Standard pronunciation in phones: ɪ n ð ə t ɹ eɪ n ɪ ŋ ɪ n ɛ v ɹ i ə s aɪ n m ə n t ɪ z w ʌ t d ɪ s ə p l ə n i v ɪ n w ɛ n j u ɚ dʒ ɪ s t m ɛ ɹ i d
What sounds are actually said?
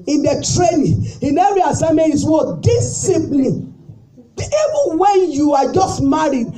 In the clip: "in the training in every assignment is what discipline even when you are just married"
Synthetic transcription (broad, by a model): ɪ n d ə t ɹ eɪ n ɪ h ɪ n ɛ ɹ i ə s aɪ m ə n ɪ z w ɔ d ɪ s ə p l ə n i v ɪ n w ɛ n j u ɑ dʒ ɪ s t m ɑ ɹ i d